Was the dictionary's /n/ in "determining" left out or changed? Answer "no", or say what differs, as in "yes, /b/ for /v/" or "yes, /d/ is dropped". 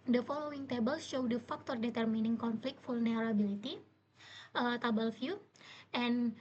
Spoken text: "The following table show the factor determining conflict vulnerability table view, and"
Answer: no